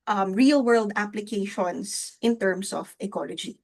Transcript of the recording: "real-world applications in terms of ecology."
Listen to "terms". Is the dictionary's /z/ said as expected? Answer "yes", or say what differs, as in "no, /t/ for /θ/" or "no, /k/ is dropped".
no, /s/ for /z/